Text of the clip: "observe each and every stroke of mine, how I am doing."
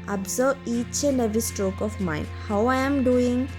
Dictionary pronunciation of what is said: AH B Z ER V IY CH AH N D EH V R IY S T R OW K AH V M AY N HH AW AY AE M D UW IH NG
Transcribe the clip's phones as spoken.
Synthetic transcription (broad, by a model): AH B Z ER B IY CH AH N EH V IY S T R OW K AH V M AY N HH AW AY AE M D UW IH NG